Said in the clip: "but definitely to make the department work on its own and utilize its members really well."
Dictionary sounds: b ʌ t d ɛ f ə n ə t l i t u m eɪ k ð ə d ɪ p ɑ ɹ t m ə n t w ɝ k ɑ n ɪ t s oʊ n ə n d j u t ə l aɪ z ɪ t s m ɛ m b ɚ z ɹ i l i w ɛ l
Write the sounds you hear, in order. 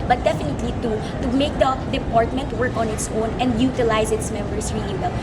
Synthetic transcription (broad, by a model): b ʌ t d ɛ f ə n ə t l i t u m eɪ k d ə d ɪ p ɑ ɹ t m ə n t w ɝ k ɑ n ɪ t s oʊ n ə n d j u t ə l aɪ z ɪ t s m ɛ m b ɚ s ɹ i i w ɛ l